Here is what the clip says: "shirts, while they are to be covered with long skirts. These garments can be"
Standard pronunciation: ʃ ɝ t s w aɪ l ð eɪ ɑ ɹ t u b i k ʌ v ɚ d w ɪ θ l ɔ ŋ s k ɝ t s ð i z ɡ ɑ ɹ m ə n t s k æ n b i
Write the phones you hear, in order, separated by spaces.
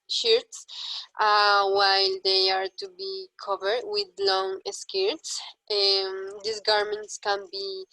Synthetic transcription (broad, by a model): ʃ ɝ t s w aɪ l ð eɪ ɑ ɹ t u b i k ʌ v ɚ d w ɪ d l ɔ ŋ s k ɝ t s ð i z ɡ ɑ ɹ m ə n t s k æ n b i